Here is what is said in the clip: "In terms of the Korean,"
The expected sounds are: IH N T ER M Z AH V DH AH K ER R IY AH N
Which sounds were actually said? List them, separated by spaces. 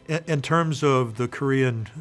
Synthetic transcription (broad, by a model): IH N T ER M Z AH V DH AH K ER R IY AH N